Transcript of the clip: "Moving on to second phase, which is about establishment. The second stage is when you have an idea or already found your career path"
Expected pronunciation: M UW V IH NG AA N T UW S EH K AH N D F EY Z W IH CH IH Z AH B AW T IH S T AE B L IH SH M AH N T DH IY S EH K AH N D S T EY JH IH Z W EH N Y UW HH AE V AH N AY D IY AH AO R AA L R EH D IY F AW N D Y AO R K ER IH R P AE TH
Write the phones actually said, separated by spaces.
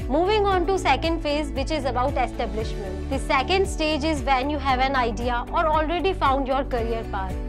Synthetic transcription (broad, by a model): M UW V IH NG AA N T UW S EH K AH N D F EY Z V IH CH IH Z AH B AW T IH S T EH B L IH SH M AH N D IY S EH K AH N D S T EY JH IH Z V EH N Y UW HH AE V AH N AY D IY AH AO R AA L R EH D IY F AW N D Y AO R K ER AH R P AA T